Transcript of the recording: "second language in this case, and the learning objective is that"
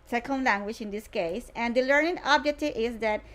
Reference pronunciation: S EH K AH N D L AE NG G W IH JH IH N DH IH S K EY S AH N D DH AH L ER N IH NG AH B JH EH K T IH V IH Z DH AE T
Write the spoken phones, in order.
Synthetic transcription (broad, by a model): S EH K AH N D L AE NG G W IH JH IH N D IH S K EY S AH N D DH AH L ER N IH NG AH B JH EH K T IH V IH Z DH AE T